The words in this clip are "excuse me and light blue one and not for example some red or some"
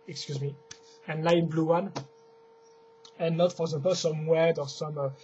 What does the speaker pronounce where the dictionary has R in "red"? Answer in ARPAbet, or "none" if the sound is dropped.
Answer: W